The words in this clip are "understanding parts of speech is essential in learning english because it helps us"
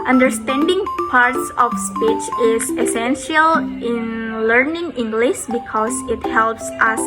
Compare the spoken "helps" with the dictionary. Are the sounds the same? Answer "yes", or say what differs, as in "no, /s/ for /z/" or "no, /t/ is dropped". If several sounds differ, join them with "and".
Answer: yes